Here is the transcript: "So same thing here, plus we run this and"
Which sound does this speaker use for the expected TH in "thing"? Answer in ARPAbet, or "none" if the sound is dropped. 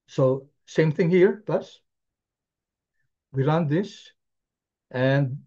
TH